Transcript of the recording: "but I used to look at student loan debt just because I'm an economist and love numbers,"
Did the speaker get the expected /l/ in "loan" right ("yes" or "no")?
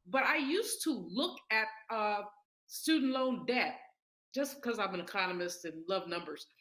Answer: yes